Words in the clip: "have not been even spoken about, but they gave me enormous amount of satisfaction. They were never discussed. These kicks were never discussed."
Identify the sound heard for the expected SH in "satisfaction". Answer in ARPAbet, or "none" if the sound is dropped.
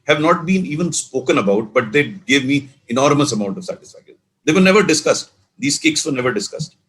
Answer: none